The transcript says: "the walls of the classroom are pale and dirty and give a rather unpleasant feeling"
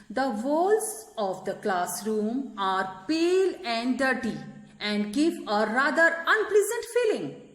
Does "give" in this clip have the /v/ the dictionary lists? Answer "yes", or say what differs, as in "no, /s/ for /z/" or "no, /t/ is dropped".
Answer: no, /p/ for /v/